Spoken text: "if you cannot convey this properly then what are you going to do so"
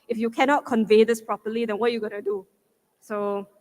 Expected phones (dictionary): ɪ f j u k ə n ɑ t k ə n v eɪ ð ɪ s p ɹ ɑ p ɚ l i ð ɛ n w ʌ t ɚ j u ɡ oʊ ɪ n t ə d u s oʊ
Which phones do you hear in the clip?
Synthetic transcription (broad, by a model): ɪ f j u k ə n ɑ t k ə n v eɪ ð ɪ s p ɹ ɑ p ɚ l i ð ɛ n w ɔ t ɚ j u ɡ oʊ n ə d u s oʊ